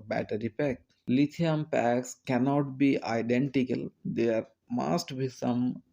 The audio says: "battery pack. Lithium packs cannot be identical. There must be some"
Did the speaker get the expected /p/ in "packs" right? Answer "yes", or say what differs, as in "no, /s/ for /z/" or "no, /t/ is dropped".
yes